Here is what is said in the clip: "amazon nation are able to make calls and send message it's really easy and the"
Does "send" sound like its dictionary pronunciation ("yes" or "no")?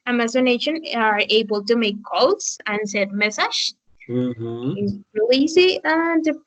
no